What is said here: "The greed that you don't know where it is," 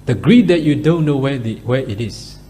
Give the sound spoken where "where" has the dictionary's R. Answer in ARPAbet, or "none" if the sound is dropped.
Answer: W